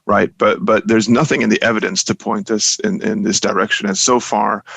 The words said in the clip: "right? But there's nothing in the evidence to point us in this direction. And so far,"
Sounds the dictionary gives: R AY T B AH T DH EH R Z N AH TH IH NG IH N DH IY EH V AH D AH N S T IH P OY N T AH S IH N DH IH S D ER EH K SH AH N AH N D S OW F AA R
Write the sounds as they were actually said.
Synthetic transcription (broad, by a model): R AY T B AH T DH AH R Z N AH TH IH NG IH N DH IY EH V AH D AH N S T IH P OY N T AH S IH N DH IH S D ER EH K SH AH N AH N S OW F AA R